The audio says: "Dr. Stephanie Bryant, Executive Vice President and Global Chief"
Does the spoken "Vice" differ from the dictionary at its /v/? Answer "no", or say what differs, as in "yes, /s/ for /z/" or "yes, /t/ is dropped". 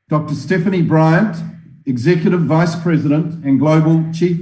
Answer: no